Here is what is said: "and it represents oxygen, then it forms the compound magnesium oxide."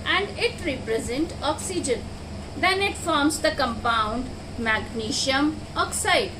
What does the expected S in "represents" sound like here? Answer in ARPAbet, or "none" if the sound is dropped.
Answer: none